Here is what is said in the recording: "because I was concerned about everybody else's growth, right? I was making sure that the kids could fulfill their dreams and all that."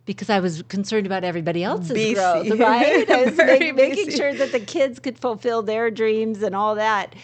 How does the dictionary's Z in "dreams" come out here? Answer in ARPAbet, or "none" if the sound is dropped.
Z